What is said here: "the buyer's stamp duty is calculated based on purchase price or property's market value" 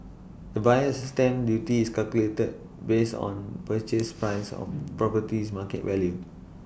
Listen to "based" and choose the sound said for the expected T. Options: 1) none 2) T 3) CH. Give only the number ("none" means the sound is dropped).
1